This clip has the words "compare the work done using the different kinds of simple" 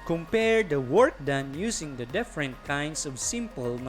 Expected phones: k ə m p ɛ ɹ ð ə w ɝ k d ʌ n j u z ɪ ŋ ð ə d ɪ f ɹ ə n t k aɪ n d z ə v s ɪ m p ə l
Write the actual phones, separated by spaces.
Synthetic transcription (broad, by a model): k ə m p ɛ ɹ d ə w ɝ k d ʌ n j u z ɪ ŋ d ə d ɪ f ɹ ə n t k aɪ n d s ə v s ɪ m p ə l